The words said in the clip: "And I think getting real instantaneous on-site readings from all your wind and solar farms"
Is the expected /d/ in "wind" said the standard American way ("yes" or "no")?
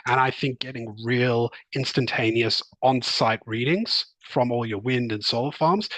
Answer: yes